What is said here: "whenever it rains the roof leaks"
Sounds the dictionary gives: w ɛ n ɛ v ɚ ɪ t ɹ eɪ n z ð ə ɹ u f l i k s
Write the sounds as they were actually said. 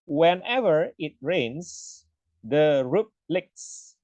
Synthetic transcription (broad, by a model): w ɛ n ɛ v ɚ ɪ t ɹ eɪ n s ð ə ɹ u p l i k s